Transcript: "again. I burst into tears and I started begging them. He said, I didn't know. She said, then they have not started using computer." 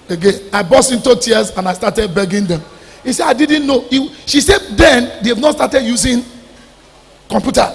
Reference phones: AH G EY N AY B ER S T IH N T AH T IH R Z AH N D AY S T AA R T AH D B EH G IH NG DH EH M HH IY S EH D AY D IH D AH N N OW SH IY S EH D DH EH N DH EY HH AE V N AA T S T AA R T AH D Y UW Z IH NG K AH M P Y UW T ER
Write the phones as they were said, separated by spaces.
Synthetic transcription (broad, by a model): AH G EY N AY B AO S IH N T AH T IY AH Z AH N AY S T AA T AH D B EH G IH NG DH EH M HH IY S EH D AY D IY D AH N N OW SH IY S EH D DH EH N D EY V N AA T S T AA T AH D Y UW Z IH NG K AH M P Y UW T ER